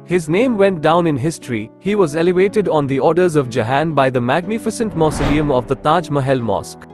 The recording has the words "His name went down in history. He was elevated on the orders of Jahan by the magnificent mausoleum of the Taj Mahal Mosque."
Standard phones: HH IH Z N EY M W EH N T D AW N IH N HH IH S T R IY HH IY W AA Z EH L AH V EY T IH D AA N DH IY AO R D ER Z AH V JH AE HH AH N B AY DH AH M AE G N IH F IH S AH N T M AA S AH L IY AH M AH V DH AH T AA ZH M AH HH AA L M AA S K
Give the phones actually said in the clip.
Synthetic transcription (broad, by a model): HH IH Z N EY M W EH N T D AW N IH N HH IH S T R IY HH IY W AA Z EH L AH V EY T IH D AA N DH IY AO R D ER Z AH V JH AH HH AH N B AY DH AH M AE G N IH F IH S AH N T M AA S AH L IY AH M AH V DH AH T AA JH M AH HH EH L M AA S K